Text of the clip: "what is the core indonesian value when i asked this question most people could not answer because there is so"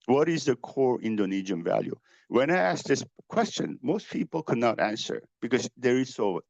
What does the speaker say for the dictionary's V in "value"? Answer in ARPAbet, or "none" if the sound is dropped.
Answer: V